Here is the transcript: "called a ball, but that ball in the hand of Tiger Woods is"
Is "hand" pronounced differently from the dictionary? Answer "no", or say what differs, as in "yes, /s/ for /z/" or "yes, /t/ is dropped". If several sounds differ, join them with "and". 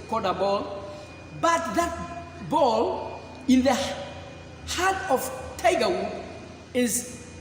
yes, /n/ is dropped